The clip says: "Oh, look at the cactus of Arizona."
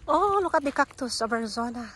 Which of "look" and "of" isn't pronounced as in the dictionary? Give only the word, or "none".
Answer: of